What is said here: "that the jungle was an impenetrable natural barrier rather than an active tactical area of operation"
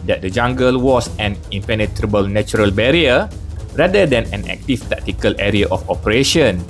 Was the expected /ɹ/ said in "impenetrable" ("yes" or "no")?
yes